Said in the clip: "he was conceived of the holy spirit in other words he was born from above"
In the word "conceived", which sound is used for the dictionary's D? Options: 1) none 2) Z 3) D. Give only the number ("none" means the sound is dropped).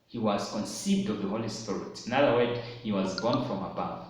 3